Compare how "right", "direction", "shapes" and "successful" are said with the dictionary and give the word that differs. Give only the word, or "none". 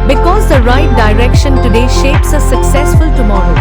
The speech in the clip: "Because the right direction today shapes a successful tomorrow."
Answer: none